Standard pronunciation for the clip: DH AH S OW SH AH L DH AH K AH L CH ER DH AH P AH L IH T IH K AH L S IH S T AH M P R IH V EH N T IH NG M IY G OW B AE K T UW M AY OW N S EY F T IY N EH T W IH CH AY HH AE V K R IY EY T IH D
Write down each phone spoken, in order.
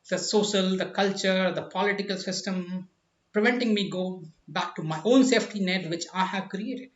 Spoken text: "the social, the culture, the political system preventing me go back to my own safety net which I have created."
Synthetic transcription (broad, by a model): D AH S OW SH AH L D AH K AH L CH ER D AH P AH L IH T IH K AH L S IH S T AH M P R IH V EH N T IH NG M IY G OW B AE K T UW M AY OW N S EY F T IY N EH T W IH CH AY HH AE V K R IY EY T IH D